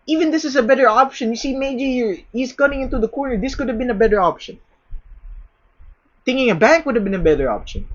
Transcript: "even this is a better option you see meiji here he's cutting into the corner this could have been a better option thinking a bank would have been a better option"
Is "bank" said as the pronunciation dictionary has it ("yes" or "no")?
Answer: yes